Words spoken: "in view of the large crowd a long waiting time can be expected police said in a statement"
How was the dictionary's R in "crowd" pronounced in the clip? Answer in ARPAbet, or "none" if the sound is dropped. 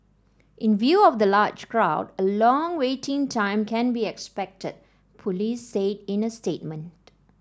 R